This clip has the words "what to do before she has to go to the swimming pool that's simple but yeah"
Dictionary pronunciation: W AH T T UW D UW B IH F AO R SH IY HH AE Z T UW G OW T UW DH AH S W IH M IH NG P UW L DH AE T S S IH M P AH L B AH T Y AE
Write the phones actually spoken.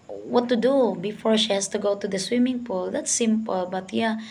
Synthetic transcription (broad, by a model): W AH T T UW D UW B IH F AO R SH IY HH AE S T UW G OW T UW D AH S W IH M IH NG P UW L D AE T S S IH M P AH L B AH T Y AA